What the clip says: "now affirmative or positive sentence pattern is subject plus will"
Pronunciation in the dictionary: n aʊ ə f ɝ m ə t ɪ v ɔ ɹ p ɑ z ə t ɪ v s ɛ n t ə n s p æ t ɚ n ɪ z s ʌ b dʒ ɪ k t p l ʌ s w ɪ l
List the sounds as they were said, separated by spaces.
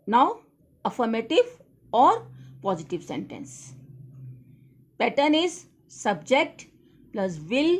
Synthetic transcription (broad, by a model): n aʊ ə f ɝ m ə t ɪ v ɔ ɹ p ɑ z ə t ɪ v s ɛ n t ə n s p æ t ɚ n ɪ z s ʌ b dʒ ɪ k t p l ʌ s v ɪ l